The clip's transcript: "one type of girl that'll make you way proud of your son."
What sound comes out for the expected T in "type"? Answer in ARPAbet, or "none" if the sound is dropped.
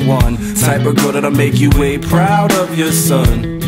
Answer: S